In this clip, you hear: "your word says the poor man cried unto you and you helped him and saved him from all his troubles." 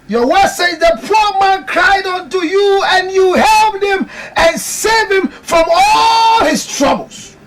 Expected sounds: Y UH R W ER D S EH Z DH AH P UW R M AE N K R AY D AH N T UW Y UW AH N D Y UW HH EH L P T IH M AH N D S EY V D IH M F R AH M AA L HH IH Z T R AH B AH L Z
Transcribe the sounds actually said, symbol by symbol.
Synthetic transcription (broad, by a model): Y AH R W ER S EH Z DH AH P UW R M AE N K R AY D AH N T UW Y UW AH N Y UW HH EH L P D IH M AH N S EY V IH M F R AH M AA L HH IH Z T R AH B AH L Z